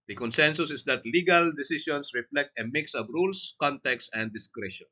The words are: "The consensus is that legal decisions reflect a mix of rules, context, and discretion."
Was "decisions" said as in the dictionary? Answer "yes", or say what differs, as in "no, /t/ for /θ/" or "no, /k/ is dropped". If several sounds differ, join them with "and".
no, /s/ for /ʒ/ and /s/ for /z/